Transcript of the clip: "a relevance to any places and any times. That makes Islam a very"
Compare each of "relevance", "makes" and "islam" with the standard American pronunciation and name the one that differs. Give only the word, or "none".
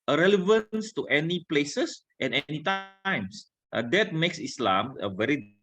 none